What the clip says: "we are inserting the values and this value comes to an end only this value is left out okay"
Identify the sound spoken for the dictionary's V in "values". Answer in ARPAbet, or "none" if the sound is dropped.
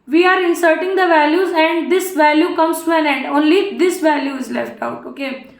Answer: V